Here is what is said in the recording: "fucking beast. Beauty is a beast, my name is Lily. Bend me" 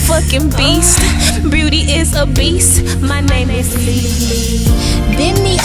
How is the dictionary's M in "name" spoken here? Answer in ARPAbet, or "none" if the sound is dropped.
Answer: none